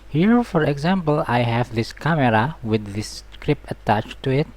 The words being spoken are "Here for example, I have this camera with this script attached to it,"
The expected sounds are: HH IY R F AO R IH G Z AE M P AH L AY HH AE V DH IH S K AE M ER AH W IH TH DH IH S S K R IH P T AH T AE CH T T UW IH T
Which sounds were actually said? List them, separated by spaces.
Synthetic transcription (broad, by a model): HH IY R F AO R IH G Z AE M P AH L AY HH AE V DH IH S K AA M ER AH W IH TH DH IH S S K R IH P AH T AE CH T T UW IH T